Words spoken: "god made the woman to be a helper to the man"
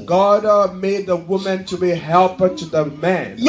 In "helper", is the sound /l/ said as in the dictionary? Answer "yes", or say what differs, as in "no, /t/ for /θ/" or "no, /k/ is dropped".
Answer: yes